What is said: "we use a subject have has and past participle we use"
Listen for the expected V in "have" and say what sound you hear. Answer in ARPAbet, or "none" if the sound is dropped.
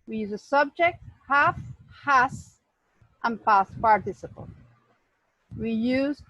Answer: F